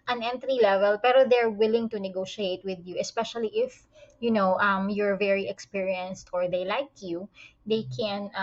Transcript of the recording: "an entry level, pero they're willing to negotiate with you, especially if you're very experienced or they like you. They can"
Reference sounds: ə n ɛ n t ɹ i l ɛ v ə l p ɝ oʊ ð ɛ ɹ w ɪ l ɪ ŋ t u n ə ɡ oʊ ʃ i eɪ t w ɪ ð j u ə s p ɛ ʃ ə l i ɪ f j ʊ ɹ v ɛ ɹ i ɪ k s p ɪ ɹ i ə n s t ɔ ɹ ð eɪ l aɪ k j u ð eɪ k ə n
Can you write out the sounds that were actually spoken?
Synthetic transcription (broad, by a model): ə n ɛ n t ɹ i l ɛ v ə l p ɝ oʊ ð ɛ ɹ w ɪ l ɪ ŋ t u n ə ɡ oʊ ʃ i eɪ t w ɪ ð j u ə s p ɛ ʃ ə l i ɪ f j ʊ ɹ v ɛ ɹ i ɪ k s p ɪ ɹ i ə n s t ɔ ɹ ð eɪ l aɪ k j u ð eɪ k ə n